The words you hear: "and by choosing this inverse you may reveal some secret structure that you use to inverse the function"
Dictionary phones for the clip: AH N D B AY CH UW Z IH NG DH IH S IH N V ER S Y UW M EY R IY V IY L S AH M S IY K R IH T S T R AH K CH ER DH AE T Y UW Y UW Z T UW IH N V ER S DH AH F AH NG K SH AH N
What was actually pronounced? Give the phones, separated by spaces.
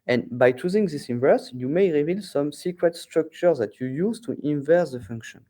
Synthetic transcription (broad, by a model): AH N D B AY CH UW Z IH NG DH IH S IH N V ER S Y UW M EY R IY V IY L S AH M S IY K R IH T S T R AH K CH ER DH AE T Y UW Y UW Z T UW IH N V ER S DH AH F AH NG K SH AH N